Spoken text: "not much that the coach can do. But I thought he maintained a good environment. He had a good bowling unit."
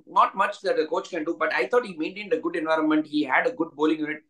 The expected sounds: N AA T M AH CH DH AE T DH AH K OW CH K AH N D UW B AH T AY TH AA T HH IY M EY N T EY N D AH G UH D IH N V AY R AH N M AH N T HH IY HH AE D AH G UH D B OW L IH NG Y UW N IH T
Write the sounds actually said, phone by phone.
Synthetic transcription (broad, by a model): N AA T M AH CH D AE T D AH K OW CH K AH N D UW B AH T AY T AA T HH IY M EY N T EY N D AH G UH D IH N V AY R AH N M AH N T HH IY HH AE D AH G UH D B OW L IH NG Y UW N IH T